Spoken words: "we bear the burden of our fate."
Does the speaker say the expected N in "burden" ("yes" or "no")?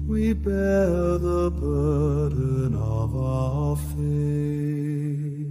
no